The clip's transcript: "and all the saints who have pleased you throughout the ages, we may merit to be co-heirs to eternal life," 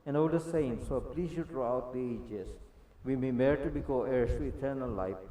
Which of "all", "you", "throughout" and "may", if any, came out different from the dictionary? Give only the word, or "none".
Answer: throughout